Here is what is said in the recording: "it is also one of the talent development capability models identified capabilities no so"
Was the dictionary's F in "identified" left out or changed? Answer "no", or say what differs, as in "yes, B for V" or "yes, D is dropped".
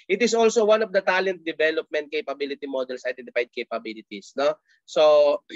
yes, P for F